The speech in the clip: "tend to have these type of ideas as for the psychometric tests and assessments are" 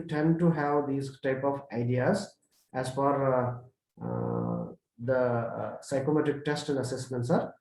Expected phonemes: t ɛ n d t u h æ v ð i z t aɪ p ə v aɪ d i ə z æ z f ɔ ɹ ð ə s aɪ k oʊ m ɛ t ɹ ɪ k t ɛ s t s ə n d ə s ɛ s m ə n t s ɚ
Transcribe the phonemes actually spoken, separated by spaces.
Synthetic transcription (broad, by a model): t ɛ n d t u h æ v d i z t aɪ p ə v aɪ d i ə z æ z f ɔ ɹ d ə s aɪ k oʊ m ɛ t ɪ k t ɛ s t ə n d ə s ɛ s m ə n t s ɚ